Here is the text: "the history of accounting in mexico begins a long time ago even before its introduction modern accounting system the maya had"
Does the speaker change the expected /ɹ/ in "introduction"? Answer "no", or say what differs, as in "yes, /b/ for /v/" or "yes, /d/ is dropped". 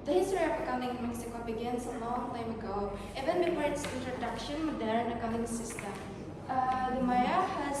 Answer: no